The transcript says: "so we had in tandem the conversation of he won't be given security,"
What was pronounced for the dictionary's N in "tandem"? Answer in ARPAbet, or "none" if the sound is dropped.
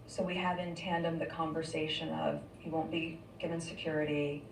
N